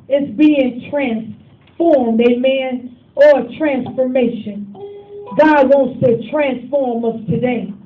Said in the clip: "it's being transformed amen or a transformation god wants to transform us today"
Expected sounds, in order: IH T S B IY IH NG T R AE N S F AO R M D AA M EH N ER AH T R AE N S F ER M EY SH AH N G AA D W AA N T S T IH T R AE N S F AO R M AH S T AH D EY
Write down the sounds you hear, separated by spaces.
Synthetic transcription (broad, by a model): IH T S B IY IH NG T R AE N S F AO R M D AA M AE N ER AH T R AE N S F ER M EY SH AH N G AA D W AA N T S T IH T R AE N S F AO R M AH S T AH D EY